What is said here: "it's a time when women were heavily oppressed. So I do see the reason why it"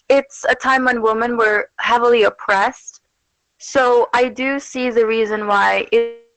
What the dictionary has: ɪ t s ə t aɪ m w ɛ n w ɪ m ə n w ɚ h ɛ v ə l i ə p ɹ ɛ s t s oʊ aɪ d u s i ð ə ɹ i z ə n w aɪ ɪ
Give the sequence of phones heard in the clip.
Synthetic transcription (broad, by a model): ɪ t s ə t aɪ m w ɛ n w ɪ m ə n w ɚ h ɛ v l i ə p ɹ ɛ s t s oʊ aɪ d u s i ð ə ɹ i z ə n w aɪ ɪ